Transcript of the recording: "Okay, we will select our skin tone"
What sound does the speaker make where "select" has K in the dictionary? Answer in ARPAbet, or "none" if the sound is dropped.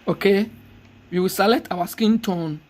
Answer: none